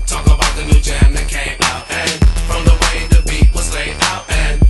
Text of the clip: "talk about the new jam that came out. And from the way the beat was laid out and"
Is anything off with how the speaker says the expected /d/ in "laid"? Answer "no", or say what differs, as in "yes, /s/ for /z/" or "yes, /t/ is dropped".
yes, /d/ is dropped